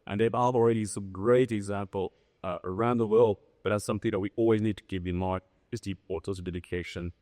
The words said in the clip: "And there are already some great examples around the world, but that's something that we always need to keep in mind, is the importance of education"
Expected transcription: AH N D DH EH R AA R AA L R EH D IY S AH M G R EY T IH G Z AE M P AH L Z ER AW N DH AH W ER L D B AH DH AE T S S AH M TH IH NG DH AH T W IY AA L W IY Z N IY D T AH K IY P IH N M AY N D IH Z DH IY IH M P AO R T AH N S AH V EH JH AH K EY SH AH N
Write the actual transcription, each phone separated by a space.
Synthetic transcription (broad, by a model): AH N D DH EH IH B AA L R EH D IY S AH M G R EY T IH G Z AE M P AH L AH ER AW N DH AH W ER L D B AH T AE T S S AH M TH IH NG DH AH T W IY AA L W IY Z N IY D T AH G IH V IH N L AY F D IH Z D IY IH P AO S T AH S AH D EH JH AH K EY SH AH N